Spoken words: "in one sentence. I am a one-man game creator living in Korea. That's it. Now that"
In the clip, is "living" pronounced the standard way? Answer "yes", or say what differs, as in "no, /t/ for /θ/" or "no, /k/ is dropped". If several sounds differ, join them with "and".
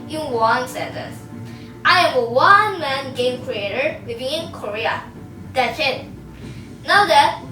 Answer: no, /w/ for /l/